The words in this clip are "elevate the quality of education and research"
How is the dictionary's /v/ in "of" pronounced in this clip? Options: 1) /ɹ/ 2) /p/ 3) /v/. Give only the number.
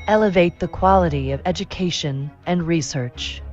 3